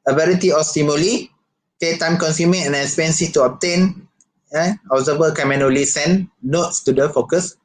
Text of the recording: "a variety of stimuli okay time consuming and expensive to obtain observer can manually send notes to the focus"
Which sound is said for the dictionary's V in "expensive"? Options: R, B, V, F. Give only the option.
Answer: F